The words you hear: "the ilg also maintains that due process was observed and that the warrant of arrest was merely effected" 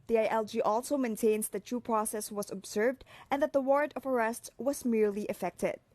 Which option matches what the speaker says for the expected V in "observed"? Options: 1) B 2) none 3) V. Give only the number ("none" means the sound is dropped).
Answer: 3